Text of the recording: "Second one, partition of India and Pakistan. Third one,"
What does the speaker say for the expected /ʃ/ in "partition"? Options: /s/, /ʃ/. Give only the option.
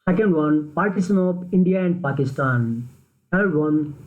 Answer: /s/